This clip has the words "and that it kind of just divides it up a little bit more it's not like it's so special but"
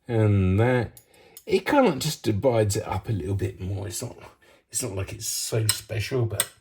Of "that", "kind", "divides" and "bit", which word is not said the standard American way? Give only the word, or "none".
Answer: none